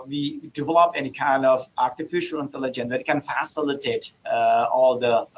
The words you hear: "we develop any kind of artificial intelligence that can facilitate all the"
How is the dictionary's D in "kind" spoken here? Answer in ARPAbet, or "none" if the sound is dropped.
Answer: D